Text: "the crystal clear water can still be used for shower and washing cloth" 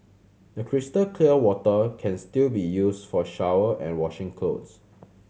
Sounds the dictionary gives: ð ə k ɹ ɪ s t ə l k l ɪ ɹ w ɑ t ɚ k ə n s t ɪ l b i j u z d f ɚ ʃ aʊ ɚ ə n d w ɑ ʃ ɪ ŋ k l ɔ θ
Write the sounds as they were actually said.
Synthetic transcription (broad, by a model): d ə k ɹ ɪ s t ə l k l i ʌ w ɑ t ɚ k ə n s t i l b i j u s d f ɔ ʃ aʊ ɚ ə n w ɑ ʃ ɪ ŋ k ɔ s